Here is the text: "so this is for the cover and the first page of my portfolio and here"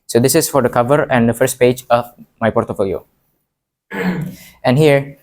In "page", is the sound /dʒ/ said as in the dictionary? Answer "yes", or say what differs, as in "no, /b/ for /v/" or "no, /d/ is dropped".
yes